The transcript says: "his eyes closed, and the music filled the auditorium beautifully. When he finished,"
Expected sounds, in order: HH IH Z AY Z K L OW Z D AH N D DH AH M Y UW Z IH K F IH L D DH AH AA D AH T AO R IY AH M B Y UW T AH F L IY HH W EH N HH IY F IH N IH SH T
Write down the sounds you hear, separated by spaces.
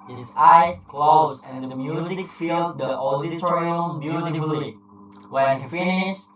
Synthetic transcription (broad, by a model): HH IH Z AY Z K L OW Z AH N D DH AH M Y UW Z IH K F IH L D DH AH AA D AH T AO R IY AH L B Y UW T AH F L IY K W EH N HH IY F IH N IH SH